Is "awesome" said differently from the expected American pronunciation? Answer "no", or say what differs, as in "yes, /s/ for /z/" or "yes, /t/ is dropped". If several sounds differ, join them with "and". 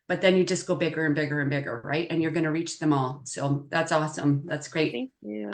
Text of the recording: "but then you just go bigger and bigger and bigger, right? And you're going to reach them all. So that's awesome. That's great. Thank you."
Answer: no